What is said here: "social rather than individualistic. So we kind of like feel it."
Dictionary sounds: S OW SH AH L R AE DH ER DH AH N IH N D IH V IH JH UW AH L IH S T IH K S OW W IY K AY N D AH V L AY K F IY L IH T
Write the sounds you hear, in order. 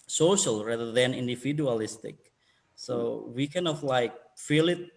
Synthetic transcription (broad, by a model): S OW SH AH L R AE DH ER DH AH N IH N D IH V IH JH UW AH L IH S T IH K S OW W IY K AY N AH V L AY K F IY L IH T